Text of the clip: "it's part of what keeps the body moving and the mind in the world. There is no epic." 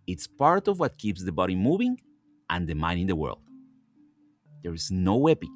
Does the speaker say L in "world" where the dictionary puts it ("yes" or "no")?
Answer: yes